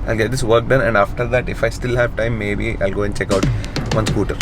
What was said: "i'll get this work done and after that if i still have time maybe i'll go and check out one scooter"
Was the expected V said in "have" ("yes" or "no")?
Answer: yes